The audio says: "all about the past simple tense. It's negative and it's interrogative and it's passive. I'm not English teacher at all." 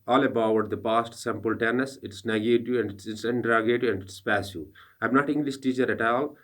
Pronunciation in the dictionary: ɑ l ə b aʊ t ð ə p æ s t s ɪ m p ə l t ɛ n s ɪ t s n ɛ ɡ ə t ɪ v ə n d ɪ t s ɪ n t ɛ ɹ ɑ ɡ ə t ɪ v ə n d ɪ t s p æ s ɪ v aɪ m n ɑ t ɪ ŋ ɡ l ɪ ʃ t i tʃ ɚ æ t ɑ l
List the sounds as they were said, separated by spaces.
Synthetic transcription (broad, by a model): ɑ l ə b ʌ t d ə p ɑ s t s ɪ m p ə l t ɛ n s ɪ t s n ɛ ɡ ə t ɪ ə n d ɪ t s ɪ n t ɹ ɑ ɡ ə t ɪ ə n d ɪ t s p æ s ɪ aɪ m n ɑ t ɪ ŋ ɡ l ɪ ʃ t i tʃ ɚ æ t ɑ l